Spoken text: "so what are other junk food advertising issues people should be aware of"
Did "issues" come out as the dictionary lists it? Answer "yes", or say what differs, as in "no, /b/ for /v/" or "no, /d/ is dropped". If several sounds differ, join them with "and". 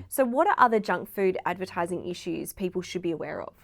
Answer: yes